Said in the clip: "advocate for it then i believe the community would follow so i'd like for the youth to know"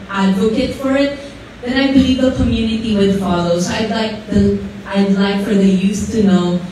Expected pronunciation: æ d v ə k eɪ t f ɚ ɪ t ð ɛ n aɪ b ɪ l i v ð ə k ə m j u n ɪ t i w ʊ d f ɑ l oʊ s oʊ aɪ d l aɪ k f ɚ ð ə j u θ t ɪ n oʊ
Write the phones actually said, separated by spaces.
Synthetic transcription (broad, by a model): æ d v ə k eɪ t f ɚ ɪ t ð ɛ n aɪ b ɪ l i v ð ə k ə m j u n ɪ t i w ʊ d f ɑ l oʊ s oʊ aɪ d l aɪ k f ɚ ð ə j u s t ɪ n oʊ